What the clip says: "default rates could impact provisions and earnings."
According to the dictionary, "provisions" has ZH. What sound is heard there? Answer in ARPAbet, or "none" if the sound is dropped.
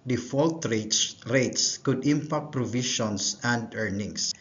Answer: SH